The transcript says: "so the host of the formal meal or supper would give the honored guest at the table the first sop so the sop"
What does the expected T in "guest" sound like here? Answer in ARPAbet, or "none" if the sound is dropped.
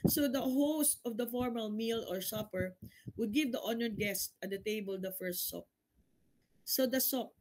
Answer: T